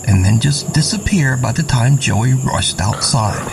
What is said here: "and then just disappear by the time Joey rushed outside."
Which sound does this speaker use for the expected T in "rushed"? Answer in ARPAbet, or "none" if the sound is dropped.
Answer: T